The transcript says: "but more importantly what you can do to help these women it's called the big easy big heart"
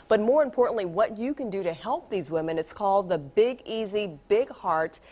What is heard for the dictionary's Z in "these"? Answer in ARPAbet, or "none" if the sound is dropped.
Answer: Z